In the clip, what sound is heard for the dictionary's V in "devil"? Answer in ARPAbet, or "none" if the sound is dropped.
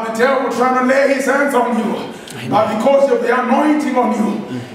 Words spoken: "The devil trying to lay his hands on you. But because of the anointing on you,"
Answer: W